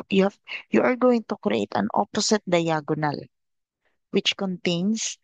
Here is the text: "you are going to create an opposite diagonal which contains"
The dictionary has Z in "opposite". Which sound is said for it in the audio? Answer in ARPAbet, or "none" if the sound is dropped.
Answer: S